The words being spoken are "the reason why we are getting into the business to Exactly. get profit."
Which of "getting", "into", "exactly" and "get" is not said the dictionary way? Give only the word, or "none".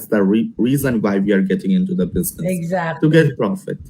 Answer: exactly